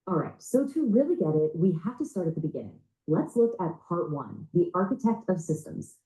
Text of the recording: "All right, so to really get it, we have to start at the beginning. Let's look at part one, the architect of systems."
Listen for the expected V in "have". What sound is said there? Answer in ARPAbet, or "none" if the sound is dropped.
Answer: F